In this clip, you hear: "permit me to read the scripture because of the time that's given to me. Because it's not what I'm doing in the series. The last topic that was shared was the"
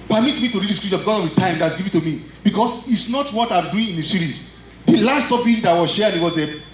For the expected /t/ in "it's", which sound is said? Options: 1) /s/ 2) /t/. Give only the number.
2